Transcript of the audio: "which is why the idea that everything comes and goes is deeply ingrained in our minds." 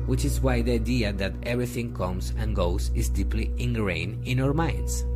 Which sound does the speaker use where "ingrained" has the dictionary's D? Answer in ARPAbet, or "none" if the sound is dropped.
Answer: none